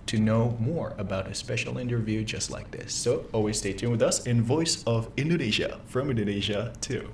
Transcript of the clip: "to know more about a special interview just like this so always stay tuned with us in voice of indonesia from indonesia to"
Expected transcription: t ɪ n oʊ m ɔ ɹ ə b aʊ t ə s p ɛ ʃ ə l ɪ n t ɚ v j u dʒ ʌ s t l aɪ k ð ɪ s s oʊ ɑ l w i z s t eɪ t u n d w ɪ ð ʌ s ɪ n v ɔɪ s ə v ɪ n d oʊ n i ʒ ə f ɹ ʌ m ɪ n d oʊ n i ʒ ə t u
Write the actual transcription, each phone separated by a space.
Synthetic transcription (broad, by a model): t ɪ n oʊ m ɔ ɹ ə b aʊ t ə s p ɛ ʃ l ɪ n t ɚ v j u dʒ ʌ s t l aɪ k ð ɪ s s oʊ ɑ l w i z s t eɪ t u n w ɪ ð ʌ s ɪ n v ɔɪ s ə v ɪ n d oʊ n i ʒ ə f ɹ ʌ m ɪ n d oʊ n i ʒ ə t u